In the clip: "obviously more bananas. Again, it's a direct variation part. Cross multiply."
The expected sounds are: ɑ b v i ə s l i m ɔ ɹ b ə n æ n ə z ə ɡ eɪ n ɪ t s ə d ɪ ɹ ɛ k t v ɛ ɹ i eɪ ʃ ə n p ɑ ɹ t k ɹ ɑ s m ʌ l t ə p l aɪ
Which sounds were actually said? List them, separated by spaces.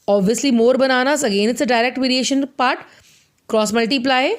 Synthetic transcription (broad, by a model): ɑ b v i ə s l i m ɔ ɹ b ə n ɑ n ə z ə ɡ eɪ n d ə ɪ ɹ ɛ k t v ɛ ɹ i eɪ ʃ ə n p ɑ ɹ t k ɹ ɑ s m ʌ l t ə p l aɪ